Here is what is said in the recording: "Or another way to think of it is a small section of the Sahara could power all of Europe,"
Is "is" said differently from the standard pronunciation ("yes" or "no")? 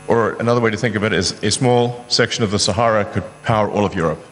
no